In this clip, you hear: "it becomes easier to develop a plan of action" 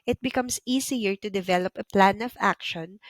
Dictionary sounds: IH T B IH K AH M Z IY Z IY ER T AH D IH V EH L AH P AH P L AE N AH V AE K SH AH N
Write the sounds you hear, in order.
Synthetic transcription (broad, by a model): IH T B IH K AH M S IY S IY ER T AH D IH V EH L AH P AH P L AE N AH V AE K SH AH N